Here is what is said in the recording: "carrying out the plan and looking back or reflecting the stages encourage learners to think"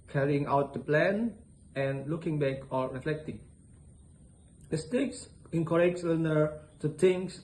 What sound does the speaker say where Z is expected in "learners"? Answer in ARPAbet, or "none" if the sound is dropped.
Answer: none